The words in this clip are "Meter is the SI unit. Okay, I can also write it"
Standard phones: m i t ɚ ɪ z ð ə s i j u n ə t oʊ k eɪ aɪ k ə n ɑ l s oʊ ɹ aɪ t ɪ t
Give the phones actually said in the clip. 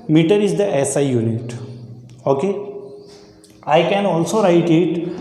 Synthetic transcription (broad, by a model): m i t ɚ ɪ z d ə s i j u n ə t oʊ k eɪ aɪ k ə n ɑ l s oʊ ɹ aɪ t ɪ t